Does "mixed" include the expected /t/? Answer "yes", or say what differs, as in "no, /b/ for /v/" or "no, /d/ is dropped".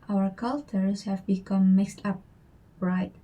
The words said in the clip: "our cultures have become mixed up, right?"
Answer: yes